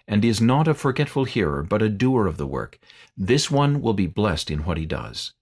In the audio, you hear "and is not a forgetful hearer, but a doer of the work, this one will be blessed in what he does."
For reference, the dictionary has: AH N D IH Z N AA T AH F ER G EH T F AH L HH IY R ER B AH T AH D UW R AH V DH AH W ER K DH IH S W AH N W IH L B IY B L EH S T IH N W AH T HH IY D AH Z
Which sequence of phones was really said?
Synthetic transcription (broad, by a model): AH N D IH Z N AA T AH F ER G EH T F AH L HH IY R ER B AH T AH D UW R AH V DH AH W ER K DH IH S W AH N W IH L B IY B L EH S T IH N W AH T HH IY D AH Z